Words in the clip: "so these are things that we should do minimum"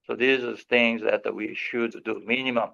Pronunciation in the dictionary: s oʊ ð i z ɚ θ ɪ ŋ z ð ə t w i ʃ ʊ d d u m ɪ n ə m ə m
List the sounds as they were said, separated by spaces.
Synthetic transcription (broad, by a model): s oʊ ð i z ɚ θ ɪ ŋ z ð ə t w i ʃ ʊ d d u m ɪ n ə m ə m